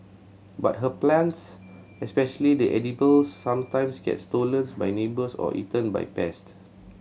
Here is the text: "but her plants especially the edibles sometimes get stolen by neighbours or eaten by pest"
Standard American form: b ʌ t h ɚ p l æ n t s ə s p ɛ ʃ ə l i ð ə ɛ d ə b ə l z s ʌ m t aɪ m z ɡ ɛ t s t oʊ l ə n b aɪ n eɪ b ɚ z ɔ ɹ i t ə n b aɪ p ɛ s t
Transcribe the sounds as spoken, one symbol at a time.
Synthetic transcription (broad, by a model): b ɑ t h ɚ p l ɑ n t s ə s p ɛ ʃ ə l i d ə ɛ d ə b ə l s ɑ m t aɪ m s ɡ ɛ t s t oʊ l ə n b aɪ n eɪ b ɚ s ɔ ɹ i t ə n b aɪ p ɛ s t